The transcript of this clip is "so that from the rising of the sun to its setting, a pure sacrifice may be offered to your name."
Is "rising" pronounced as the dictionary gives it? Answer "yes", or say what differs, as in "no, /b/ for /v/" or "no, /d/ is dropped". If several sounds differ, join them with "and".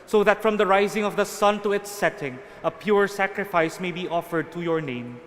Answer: yes